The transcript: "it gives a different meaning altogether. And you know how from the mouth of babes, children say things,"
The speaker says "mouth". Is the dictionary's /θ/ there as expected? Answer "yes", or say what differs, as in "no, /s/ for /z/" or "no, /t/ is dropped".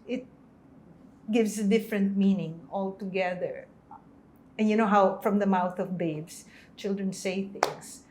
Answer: yes